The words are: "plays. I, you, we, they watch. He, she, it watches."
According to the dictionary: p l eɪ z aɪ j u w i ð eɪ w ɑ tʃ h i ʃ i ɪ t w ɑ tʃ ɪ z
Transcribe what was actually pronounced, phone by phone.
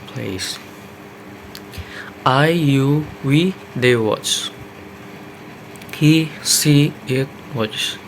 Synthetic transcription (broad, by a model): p l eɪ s aɪ j u w i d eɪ w ɑ tʃ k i s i ɪ t w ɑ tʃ